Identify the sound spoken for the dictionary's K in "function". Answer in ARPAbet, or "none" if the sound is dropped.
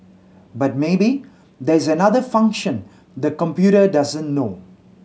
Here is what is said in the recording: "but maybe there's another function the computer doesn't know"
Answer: K